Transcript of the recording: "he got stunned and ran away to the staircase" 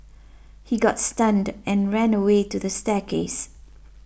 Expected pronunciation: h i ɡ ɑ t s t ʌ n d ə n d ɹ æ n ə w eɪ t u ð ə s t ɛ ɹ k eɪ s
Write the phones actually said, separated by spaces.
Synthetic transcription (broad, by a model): h i ɡ ɑ t s t ʌ n d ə n ɹ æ n ə w eɪ t u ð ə s t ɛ k eɪ s